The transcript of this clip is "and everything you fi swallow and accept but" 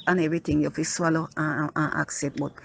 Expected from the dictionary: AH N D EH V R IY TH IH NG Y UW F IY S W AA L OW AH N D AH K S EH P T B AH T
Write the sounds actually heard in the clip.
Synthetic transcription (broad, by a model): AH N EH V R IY T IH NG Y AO F IY S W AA L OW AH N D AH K S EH T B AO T